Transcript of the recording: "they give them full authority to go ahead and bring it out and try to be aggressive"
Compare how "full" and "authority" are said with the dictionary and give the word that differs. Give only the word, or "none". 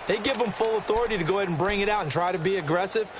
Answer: none